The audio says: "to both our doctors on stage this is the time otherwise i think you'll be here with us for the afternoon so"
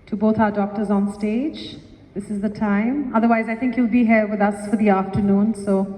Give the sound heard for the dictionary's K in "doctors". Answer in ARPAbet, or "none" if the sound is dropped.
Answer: K